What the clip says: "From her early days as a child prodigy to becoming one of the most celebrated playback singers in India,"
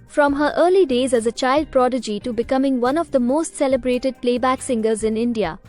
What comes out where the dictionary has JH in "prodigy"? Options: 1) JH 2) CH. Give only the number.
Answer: 1